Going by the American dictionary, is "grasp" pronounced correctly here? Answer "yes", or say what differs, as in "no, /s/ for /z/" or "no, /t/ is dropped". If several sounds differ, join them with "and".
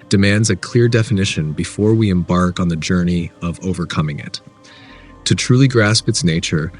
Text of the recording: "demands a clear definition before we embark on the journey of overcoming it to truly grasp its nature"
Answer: yes